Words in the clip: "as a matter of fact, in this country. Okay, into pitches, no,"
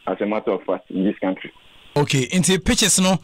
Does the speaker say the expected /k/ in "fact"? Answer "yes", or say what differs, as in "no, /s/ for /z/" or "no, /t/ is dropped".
no, /k/ is dropped